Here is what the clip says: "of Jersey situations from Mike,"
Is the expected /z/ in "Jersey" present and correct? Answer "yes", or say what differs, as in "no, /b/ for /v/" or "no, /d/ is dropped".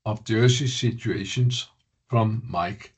no, /s/ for /z/